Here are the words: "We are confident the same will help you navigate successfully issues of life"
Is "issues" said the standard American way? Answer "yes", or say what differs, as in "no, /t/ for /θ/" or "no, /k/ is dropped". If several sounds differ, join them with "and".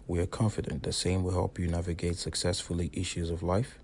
yes